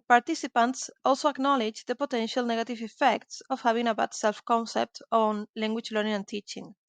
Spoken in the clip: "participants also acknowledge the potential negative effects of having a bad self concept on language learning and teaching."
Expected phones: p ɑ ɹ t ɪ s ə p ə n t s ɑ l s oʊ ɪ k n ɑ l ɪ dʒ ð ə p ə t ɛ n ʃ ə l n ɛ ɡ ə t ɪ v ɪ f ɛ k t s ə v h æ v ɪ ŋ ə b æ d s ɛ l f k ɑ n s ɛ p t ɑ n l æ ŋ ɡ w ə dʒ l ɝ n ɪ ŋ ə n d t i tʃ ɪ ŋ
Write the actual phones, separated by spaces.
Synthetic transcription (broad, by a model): p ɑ ɹ t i s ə p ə n t s ɑ l s oʊ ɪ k n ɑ l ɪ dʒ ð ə p ə t ɛ n ʃ ə l n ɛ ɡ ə t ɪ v ɪ f ɛ k t s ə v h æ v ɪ ŋ ə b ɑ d s ɛ l f k ɑ n s ɛ p t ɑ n l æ ŋ ɡ w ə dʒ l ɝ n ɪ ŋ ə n t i tʃ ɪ ŋ